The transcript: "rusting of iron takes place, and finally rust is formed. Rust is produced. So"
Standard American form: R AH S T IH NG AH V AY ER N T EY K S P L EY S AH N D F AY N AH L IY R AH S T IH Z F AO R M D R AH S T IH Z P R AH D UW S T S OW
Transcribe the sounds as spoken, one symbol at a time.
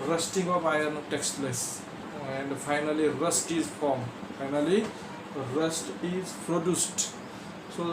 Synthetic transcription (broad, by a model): R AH S T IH NG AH P AY ER N T EY K S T L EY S AH N D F AY N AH L IY R AH S T IH Z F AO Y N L R AH S T IH Z P R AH D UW S T S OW